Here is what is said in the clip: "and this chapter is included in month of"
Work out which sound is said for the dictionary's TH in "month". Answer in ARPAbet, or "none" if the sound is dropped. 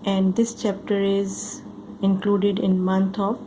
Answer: T